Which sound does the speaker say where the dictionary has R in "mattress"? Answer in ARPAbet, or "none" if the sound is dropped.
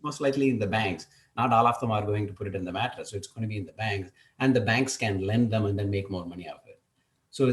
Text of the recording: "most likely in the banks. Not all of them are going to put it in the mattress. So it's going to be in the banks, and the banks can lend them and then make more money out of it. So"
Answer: none